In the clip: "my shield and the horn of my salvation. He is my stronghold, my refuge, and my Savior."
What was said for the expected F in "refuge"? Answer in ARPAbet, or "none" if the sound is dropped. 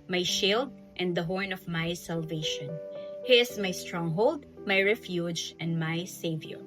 F